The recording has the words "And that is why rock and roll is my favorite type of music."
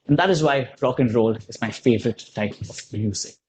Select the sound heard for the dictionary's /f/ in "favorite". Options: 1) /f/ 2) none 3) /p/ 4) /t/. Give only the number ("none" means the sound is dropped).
1